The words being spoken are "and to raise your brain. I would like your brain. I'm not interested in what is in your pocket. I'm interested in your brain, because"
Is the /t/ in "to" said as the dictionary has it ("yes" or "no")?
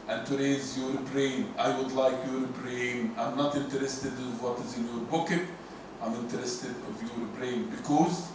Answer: yes